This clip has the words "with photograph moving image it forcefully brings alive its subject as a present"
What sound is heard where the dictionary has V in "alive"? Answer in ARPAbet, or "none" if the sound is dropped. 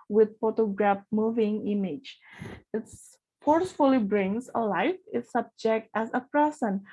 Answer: F